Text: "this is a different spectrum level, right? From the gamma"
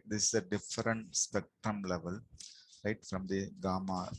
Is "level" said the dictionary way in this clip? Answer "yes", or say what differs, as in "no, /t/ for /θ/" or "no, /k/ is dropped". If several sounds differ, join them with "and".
yes